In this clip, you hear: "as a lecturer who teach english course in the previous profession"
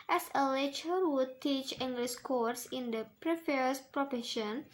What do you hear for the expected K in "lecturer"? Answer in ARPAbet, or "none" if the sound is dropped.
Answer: none